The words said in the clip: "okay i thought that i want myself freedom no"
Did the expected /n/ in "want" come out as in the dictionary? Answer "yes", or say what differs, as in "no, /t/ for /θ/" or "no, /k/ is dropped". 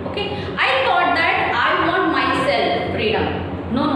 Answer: no, /n/ is dropped